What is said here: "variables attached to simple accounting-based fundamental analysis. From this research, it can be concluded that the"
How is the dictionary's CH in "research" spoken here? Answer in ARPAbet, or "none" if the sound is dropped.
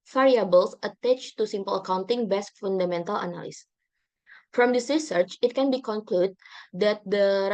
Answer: CH